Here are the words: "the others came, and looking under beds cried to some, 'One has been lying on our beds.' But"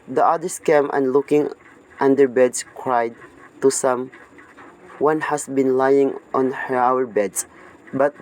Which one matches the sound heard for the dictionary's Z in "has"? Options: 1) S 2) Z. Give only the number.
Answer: 1